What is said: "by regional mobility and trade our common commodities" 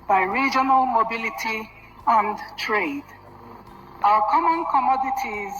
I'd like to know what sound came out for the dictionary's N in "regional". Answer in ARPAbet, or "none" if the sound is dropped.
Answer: N